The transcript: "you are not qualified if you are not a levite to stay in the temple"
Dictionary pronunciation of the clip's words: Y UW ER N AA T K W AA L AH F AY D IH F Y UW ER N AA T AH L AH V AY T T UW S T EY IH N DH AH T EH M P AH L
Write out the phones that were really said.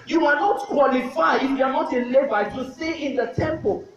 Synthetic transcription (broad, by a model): Y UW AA N AA T K W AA L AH F AY IH F Y UW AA N AA T AH L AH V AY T T UW S T EY IH N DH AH T EH M P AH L